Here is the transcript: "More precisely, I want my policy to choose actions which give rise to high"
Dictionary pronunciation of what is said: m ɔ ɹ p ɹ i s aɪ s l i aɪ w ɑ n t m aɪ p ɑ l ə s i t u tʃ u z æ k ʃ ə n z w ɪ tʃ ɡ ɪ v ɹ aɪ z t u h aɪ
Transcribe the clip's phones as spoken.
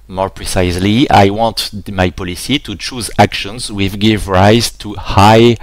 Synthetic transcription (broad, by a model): m ɔ ɹ p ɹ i s aɪ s l i aɪ w ɑ n t m aɪ p ɑ l ə s i t u tʃ u z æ k ʃ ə n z w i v ɡ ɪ v ɹ aɪ z t u h aɪ